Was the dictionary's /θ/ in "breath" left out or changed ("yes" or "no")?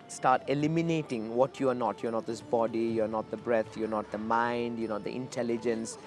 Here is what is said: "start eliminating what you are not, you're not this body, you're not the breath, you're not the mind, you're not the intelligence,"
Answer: yes